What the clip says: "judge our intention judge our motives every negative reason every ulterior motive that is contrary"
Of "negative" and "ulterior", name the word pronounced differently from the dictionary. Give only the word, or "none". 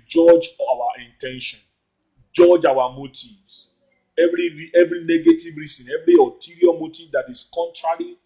ulterior